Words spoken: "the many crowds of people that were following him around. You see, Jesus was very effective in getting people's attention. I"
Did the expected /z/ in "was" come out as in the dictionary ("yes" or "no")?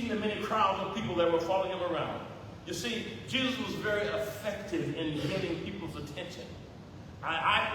yes